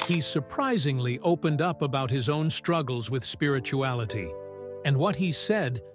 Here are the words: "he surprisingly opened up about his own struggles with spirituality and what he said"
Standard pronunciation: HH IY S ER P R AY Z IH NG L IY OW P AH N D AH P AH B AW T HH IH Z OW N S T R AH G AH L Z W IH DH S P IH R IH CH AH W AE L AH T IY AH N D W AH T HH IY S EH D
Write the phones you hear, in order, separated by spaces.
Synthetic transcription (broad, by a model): HH IY S ER P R AY Z IH NG L IY OW P AH N D AH P AH B AW T HH IH Z OW N S T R AH G L Z W IH DH S P IH R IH CH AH AE L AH T IY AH N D W AH T HH IY S EH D